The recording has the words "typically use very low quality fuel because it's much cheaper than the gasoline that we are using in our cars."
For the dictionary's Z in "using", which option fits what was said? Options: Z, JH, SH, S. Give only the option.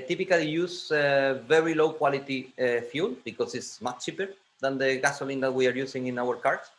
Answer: S